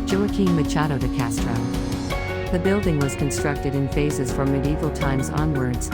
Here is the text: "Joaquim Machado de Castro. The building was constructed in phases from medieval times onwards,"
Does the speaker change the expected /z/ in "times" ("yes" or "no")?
no